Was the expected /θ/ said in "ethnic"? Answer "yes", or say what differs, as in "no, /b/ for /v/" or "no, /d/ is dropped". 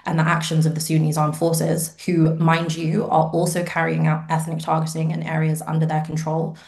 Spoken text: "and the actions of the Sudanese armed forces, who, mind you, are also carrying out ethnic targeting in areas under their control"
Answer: yes